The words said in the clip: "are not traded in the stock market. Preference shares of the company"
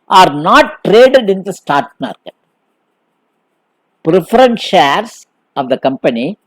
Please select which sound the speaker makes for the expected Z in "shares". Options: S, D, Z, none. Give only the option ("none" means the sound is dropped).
S